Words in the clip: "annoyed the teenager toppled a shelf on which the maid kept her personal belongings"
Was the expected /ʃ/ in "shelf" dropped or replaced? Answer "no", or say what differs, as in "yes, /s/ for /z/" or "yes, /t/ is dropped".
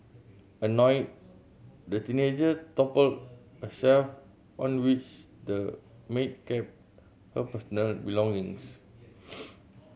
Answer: yes, /s/ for /ʃ/